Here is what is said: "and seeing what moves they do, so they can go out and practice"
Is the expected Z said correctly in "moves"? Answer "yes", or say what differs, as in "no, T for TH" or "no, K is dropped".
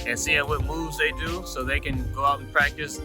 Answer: yes